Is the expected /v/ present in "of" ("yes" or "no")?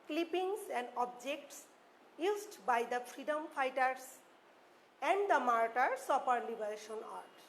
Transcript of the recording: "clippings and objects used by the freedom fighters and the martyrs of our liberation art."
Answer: no